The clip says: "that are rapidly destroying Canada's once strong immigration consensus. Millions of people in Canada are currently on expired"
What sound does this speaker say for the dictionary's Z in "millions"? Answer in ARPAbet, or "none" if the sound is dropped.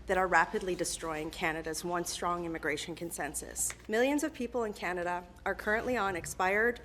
Z